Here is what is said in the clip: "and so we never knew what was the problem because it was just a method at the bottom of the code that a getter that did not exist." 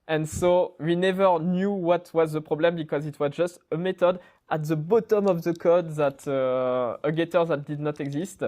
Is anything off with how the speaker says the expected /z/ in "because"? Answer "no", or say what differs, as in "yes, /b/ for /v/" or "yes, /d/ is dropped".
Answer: no